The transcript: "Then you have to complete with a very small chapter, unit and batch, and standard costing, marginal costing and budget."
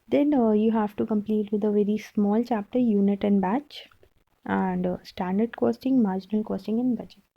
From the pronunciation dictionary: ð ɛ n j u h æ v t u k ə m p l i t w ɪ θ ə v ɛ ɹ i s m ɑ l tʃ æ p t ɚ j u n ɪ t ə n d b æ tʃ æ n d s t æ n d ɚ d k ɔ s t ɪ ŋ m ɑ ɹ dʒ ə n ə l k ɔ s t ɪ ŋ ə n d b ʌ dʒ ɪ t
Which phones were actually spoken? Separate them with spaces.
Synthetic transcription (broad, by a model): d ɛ n j u h æ v t u k ə m p l i t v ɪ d ə v ɛ ɹ i s m ɑ l tʃ æ p t ɚ j u n ɪ t ə n d b æ tʃ æ n d s t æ n d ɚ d k ɔ s t ɪ ŋ m ɑ ɹ dʒ ə n ə l k ɔ s t ɪ ŋ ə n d b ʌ dʒ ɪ t